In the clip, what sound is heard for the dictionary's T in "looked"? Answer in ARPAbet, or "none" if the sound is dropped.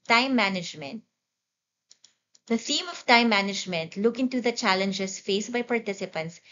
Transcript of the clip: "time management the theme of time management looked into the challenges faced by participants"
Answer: none